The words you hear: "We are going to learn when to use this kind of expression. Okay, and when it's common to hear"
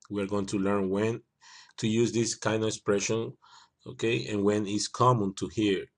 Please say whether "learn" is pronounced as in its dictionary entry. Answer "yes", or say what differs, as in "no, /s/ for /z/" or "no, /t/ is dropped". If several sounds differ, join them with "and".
yes